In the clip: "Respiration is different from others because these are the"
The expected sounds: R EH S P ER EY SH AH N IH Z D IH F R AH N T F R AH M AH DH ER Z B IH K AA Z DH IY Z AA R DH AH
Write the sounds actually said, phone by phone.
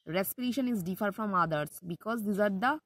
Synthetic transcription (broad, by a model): R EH S P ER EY SH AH N IH Z D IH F AH T F R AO M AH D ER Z B IH K AA Z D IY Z AA R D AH